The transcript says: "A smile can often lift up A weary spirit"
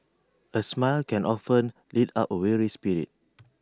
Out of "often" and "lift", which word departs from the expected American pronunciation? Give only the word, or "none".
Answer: lift